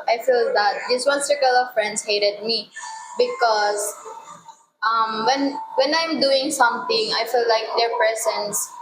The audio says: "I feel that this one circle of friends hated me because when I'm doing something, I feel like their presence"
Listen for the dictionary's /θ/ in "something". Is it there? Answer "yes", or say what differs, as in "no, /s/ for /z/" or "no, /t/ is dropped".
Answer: no, /t/ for /θ/